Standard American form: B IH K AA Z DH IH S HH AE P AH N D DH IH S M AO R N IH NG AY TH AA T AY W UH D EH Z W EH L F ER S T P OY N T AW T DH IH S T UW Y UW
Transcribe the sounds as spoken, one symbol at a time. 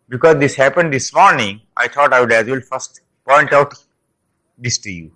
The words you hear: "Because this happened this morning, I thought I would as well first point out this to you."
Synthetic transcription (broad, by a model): B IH K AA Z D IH S HH AE P AH N D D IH S M AO R N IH NG AY T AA T AY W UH D EH Z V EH L F ER S T P OY N T AW T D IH S T UW Y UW